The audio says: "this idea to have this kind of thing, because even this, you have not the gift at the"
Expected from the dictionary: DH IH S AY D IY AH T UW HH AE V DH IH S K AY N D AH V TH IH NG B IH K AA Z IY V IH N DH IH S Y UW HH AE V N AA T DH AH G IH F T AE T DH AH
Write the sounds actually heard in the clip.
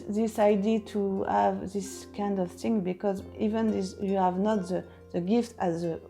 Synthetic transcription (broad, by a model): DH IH S AY D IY T UW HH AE V DH IH S K AY N D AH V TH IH NG B IH K AA Z IY V IH N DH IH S Y UW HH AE V N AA T DH AH G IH F T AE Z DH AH